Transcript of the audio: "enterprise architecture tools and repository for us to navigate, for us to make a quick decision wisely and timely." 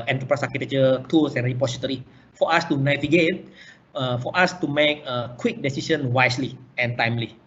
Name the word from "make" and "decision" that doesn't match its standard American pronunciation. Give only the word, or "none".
decision